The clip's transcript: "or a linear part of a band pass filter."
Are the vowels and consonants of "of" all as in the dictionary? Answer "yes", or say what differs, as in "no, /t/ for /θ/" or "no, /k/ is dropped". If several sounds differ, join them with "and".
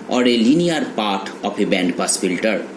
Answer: no, /p/ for /v/